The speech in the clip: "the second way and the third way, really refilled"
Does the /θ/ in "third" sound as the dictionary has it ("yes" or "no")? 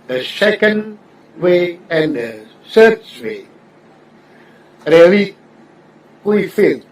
no